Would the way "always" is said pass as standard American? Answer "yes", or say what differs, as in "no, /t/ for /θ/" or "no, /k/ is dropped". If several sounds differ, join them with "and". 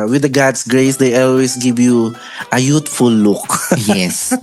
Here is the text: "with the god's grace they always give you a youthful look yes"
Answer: no, /s/ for /z/